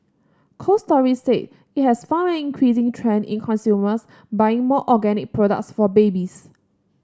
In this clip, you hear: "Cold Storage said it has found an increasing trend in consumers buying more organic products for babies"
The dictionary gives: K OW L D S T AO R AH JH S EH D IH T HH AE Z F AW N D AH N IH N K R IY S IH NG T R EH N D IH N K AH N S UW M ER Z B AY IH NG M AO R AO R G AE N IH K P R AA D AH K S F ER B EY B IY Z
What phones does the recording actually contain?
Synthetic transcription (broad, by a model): K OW S T AO R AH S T EH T IH T HH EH S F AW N AH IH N K R IY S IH NG T R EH N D IH N K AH N S UW M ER S B AY IH NG M AO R AO G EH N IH K P R AA D AH K S F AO B EY B IY S